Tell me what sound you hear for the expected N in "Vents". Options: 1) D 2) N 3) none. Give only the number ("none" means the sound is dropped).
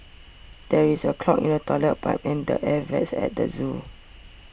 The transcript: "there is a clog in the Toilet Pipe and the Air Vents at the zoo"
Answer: 3